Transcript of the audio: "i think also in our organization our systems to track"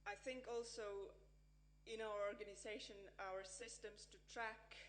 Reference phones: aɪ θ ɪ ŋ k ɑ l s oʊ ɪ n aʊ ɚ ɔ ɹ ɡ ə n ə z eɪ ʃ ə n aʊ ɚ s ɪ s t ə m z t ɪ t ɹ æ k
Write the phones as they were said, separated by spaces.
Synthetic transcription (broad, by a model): aɪ θ ɪ ŋ k ɑ l s oʊ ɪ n aʊ ɚ ɔ ɹ ɡ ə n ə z eɪ ʃ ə n aʊ ɚ s ɪ s t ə m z t ɪ t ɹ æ k